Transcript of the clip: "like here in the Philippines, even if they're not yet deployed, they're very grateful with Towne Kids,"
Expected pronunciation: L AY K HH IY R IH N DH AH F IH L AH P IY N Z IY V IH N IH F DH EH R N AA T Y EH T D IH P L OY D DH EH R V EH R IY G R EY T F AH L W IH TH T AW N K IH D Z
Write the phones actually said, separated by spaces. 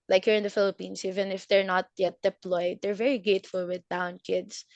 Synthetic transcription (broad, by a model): L AY K HH IY R IH N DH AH F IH L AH P IY N S IY V IH N IH F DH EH R N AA T Y EH T D IH P L OY D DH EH R V EH R IY G EY T F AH L W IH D AW N K IH D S